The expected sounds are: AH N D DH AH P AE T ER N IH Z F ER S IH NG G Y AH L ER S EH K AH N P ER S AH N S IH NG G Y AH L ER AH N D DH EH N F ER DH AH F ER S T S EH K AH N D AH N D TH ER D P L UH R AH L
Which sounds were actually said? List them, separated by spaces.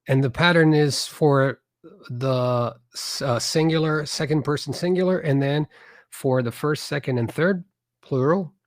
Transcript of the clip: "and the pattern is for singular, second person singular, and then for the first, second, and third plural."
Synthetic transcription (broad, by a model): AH N DH AH P AE T ER N IH Z F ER S IH NG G Y L ER S EH K AH N P ER S N S IH NG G Y L ER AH N DH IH N F ER DH AH F ER S T S EH K AH N D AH N TH ER D P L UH R L